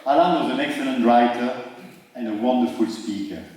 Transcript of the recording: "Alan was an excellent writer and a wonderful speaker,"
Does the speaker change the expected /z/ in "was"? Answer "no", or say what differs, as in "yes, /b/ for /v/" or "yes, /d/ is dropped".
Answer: no